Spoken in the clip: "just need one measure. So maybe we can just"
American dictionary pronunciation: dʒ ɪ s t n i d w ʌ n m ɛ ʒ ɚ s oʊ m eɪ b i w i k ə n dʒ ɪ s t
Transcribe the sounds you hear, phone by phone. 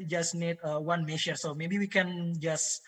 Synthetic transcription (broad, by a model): dʒ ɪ s n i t w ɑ n m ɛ ʃ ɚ s oʊ m eɪ b i w i k ə n dʒ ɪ s